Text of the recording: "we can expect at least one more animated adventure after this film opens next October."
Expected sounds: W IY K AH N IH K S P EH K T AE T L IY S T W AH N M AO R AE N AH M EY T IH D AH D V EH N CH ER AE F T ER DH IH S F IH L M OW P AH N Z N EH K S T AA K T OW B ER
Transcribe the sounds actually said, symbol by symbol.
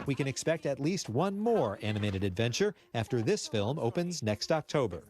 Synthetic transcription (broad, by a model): W IY K AH N IH K S P EH K T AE T L IY S T W AH N M AO R AE N AH M EY T IH D AH D V EH N CH ER AE F T ER DH IH S F IH L M OW P AH N Z N EH K S T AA K T OW B ER